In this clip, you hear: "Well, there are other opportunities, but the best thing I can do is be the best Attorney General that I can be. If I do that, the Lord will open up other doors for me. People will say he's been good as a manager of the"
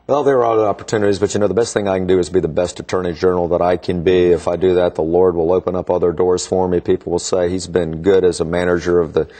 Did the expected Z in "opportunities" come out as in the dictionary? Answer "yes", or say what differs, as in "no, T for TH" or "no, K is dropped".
yes